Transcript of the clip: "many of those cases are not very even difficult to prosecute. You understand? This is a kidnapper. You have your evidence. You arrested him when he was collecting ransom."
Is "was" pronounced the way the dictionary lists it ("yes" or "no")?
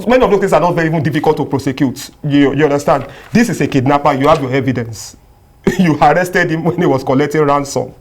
no